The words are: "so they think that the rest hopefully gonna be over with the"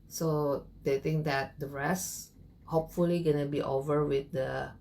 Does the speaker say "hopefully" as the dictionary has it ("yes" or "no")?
yes